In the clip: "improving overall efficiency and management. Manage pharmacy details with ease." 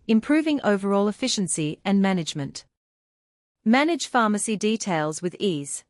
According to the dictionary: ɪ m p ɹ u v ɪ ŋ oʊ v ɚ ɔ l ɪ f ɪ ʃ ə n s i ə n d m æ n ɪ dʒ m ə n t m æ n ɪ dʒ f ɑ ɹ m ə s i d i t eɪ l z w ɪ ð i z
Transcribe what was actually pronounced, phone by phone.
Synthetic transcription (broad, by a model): ɪ m p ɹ u v ɪ ŋ oʊ v ɚ ɔ l ɪ f ɪ ʃ ə n s i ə n m æ n ɪ dʒ m ə n t m æ n ɪ dʒ f ɑ m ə s i d i t eɪ l z w ɪ ð i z